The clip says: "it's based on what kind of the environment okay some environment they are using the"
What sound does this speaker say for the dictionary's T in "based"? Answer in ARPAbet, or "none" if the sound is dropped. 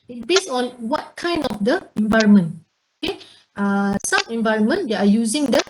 none